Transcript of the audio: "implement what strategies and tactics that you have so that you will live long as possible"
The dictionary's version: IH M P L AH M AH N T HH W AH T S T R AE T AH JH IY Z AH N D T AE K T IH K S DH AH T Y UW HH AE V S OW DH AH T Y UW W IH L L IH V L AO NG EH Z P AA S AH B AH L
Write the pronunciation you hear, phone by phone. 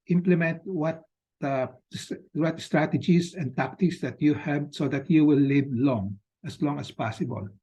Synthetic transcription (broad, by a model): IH M P L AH M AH N T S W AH T S T R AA T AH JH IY S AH N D T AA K T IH K S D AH T Y UW HH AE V S OW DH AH T Y UW W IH L L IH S L AO NG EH S P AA S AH B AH L